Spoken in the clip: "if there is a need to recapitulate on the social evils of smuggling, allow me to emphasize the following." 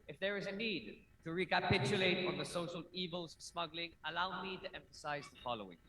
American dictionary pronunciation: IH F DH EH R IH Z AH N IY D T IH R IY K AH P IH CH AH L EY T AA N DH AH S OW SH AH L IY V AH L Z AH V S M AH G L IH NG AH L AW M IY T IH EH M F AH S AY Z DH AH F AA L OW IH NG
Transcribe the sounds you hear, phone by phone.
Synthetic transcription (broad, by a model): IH F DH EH R IH Z AH N IY D T IH R IY K AH P IH CH AH L EY T AA N DH AH S OW SH AH L IY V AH L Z S M AH G L IH NG AH L AW M IY T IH EH M F AH S AY Z DH AH F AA L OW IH NG